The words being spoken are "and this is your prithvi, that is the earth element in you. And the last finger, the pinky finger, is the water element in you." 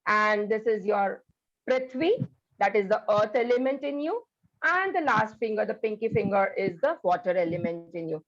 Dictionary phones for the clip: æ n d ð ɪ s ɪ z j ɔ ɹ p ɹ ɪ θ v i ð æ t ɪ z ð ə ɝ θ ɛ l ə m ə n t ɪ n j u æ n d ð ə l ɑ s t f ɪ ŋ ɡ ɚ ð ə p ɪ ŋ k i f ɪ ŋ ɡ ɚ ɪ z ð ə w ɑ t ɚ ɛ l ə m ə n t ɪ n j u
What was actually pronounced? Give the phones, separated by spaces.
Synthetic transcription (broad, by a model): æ n d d ɪ s ɪ z j ɔ ɹ p ɹ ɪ t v i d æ t ɪ z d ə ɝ t ɛ l ə m ə n t ɪ n j u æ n d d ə l ɑ s t f ɪ ŋ ɡ ɚ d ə p ɪ ŋ k i f ɪ ŋ ɡ ɚ ɪ z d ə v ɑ t ɚ ɛ l ə m ə n t ɪ n j u